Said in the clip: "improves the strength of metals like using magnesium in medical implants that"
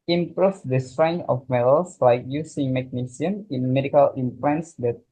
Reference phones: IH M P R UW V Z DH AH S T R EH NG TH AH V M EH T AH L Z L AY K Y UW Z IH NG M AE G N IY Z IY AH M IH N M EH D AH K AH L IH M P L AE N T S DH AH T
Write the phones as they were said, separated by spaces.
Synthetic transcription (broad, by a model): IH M P R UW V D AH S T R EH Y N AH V M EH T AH L S L AY K Y UW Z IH NG M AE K N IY S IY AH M IH N M EH D AH K AH L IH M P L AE N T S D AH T